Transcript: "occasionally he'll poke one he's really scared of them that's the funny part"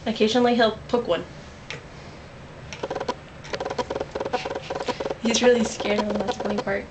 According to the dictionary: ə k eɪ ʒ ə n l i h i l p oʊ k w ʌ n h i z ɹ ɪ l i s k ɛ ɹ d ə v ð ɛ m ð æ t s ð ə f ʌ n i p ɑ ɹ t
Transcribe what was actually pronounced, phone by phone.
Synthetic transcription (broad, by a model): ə k eɪ ʒ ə n l i h i l p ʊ k w ʌ n h i z ɹ ɪ l i s k ɛ ɹ d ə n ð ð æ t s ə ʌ i p ɑ ɹ t